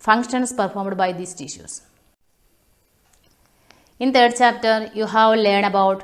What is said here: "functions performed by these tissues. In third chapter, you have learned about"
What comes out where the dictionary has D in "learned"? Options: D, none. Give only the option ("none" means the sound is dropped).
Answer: none